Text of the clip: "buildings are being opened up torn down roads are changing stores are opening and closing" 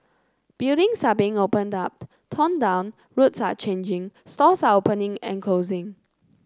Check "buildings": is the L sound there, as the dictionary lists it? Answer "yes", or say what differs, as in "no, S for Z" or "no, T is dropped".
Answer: no, L is dropped